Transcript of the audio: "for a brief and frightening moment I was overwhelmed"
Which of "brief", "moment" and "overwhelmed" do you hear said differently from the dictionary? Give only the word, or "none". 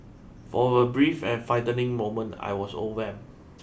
overwhelmed